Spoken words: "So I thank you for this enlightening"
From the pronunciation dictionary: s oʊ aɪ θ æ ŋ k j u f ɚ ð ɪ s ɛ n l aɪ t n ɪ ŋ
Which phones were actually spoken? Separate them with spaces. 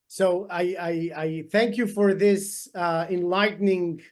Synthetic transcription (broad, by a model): s oʊ aɪ θ æ ŋ k j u f ɚ ð ɪ s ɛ n l aɪ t n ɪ ŋ